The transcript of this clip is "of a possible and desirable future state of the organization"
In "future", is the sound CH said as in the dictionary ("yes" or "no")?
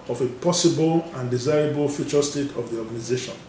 yes